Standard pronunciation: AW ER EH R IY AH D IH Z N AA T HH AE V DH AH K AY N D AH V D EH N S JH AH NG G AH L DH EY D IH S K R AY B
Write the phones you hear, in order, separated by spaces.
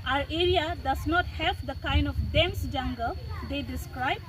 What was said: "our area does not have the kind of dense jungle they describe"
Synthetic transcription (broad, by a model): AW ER EH R IY AH D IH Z N AA T HH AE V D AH K AY N D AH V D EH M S JH AH NG G AH L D EY D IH S K R AY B